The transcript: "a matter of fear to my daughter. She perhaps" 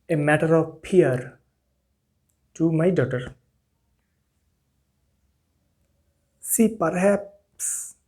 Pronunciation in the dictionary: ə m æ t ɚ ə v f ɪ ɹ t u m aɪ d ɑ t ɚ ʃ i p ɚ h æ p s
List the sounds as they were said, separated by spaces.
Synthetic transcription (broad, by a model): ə m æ t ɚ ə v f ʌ ɹ t u m aɪ d ɑ t ɚ s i p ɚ h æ p s